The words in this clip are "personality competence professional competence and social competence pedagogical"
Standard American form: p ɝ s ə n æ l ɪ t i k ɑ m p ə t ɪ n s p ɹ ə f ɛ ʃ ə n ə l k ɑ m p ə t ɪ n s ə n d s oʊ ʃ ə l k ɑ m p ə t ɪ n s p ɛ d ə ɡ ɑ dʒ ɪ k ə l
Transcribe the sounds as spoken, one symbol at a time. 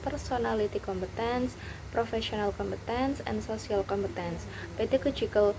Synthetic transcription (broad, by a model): p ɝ s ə n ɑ l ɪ t i k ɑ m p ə t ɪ n s p ɹ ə f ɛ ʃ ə n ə l k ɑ m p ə t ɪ n s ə n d s oʊ s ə l k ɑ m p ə t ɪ n s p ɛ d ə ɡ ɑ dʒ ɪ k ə l